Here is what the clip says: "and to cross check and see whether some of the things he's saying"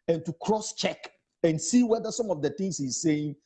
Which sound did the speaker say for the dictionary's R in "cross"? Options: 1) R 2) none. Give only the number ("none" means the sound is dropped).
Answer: 1